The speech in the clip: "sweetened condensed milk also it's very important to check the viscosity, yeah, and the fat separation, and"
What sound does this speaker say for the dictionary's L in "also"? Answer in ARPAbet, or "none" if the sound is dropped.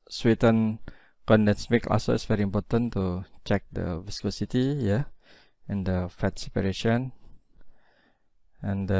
none